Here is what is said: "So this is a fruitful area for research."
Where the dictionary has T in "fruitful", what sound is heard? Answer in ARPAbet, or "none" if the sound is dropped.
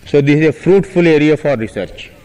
T